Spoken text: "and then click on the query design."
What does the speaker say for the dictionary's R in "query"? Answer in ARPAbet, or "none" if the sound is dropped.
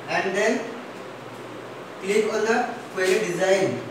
L